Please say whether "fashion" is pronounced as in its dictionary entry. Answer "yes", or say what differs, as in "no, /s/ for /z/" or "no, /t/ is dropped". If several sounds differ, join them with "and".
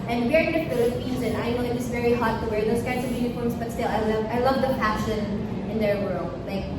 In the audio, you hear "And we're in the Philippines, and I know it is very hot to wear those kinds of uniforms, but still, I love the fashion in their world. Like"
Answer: no, /p/ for /f/